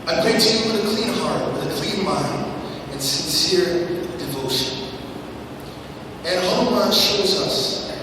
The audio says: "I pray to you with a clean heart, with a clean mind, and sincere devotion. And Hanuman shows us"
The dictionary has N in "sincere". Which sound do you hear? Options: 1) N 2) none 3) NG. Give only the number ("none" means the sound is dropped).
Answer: 1